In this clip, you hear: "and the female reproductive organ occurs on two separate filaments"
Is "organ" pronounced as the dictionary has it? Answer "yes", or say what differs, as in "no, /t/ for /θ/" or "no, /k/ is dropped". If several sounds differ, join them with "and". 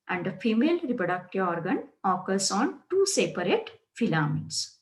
yes